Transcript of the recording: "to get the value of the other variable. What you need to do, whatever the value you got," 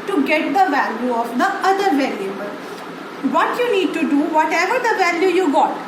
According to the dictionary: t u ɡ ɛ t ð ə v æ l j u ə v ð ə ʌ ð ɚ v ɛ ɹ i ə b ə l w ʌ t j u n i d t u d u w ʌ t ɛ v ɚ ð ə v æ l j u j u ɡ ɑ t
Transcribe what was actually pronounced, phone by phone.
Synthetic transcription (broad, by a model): t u ɡ ɛ t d ə v æ l j u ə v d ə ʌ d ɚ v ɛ l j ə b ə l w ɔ t j u n i d t u d u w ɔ t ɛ v ɚ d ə v æ l j u j u ɡ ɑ t